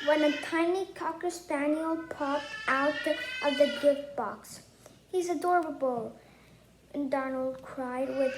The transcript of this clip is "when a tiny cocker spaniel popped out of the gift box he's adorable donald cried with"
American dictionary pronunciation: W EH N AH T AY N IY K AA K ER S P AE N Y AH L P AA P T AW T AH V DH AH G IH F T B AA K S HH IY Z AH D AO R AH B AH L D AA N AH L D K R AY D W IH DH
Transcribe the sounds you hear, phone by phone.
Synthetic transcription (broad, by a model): W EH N AH T AY N IY K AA K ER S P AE N Y L P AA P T AW T AH V DH AH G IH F B AA K S HH IY Z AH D AO R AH B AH L D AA N L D K R AY D W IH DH